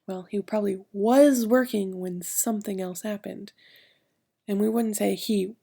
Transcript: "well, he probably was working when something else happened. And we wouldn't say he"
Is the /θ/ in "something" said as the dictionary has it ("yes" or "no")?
yes